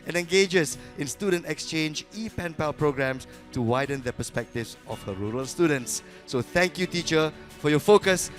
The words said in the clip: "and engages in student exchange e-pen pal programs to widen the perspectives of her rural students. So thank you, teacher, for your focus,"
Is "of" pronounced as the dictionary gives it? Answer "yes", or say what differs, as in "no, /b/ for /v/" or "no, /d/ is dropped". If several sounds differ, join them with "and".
no, /f/ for /v/